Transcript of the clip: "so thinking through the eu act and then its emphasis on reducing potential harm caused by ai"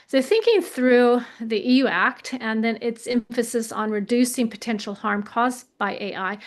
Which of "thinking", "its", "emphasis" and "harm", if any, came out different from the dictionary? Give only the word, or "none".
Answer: none